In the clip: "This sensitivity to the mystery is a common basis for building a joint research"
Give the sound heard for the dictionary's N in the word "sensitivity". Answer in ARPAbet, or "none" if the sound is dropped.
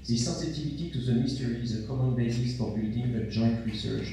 none